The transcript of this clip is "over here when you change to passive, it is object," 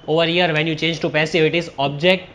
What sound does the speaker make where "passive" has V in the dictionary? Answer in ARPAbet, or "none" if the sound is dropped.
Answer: none